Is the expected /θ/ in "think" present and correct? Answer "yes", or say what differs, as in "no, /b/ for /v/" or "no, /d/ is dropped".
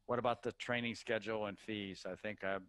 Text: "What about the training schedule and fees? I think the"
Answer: yes